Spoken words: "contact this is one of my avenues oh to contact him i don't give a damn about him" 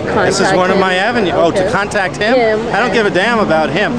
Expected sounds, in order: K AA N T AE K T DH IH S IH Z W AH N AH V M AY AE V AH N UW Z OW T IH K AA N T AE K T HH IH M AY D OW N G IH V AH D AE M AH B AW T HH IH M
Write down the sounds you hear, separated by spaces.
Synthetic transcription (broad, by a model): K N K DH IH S IH Z W AH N AH V M AY AE V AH N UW OW T IH K AA N T AE K T HH IH M AY D OW N G IH V AH D AE M AH B AW T HH IH M